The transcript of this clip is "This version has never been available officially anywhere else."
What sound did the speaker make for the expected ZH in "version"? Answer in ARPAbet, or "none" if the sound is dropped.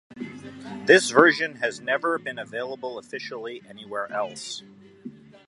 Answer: ZH